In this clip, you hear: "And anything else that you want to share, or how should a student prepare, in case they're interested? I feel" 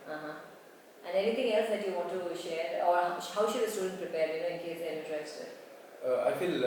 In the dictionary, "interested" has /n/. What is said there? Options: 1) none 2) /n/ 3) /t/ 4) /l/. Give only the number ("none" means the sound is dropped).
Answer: 1